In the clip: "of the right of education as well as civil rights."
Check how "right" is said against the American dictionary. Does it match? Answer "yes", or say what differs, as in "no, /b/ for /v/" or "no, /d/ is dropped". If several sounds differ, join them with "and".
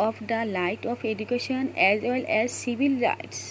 no, /l/ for /ɹ/